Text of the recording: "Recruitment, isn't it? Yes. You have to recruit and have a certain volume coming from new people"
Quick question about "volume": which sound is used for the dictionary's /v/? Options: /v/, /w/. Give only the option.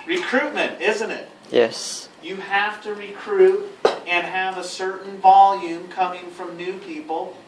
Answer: /v/